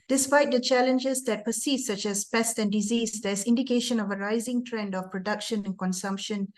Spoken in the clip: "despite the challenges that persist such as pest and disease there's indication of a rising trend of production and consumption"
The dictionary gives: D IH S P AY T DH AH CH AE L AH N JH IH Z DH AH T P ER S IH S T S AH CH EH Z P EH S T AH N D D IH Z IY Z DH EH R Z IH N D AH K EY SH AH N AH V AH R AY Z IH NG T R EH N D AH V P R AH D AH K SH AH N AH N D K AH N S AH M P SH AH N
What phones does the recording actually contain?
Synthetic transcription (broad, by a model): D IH S P AY T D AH CH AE L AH N JH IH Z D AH T P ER S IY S S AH CH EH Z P EH S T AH N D D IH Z IY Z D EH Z IH N D AH K EY SH AH N AH V AH R AY Z IH NG T R EH N D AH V P R AH D AH K SH AH N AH N K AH N S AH M P SH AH N